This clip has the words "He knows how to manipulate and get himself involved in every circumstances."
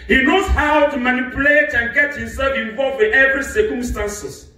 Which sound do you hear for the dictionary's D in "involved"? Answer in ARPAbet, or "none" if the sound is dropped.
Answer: none